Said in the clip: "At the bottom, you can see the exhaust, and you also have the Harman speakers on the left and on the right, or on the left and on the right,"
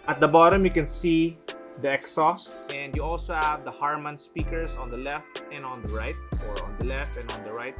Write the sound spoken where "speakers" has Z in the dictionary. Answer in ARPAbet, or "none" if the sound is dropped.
S